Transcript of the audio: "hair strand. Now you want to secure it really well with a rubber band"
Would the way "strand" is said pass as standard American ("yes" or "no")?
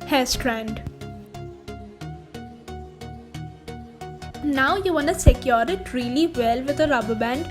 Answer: yes